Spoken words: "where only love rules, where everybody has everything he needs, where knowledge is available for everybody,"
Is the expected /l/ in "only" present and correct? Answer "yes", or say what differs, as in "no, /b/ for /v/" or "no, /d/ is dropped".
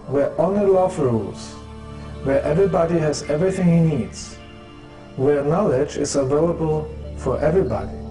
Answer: no, /l/ is dropped